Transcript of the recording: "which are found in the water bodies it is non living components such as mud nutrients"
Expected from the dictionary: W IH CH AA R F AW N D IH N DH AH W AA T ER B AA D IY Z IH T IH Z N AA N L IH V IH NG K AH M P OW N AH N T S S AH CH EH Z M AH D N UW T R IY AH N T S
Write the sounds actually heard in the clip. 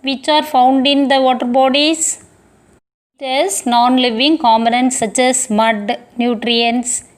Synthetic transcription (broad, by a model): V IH CH AA R F AW N D IH N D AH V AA T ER B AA D IY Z IH T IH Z N AA N L IH V IH NG K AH M OW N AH N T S S AH CH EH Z M AH D N UW T R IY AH N S